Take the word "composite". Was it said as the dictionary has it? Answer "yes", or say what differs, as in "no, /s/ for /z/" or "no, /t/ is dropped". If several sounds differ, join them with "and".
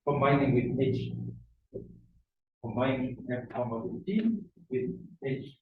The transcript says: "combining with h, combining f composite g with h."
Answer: no, /p/ is dropped